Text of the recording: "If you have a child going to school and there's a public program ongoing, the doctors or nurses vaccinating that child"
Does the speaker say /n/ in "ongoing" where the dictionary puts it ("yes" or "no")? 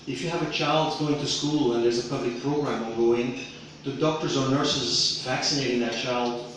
no